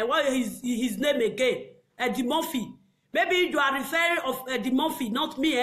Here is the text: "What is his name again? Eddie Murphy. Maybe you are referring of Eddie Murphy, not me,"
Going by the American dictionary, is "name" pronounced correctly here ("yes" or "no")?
yes